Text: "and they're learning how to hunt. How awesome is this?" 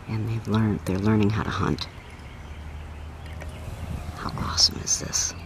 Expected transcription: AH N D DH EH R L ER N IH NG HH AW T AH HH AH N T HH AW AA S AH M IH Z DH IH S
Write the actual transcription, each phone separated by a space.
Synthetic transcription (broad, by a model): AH N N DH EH R L ER N IH NG HH AW T AH HH AH N T HH AW AA S AH M IH Z DH IH S